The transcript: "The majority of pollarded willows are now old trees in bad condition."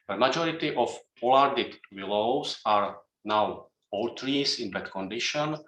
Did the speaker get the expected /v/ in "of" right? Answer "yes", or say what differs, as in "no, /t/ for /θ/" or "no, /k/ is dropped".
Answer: no, /f/ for /v/